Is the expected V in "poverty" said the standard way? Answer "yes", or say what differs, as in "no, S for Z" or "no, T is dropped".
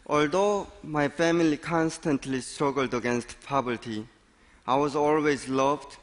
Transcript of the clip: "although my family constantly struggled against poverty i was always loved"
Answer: no, B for V